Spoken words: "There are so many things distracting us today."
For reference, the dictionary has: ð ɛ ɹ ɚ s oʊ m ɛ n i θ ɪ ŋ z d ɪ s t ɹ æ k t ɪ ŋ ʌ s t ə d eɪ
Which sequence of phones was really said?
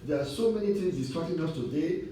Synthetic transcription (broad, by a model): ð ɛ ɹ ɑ s oʊ m ɛ n i t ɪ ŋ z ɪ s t ɔ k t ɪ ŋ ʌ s t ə d eɪ